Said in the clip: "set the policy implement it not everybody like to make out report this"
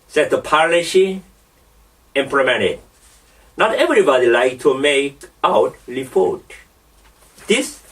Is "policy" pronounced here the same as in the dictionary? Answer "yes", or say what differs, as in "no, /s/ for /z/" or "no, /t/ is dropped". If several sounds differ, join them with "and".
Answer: no, /ʃ/ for /s/